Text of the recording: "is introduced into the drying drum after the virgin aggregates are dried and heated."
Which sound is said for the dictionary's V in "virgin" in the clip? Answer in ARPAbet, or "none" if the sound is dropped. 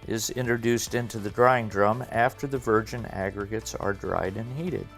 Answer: V